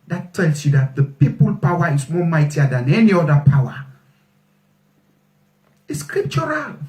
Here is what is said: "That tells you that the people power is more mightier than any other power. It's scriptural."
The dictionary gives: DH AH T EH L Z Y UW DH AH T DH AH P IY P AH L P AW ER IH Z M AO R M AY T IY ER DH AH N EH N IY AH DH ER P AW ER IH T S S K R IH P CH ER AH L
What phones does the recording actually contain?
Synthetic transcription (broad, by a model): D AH T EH L S Y UW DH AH T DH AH P IY P AH L P AW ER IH S M AO M AY T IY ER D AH N EH N IY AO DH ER P AW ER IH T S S K R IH P CH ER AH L